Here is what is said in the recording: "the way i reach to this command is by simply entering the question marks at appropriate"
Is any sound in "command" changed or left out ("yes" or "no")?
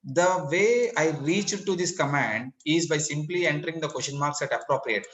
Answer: no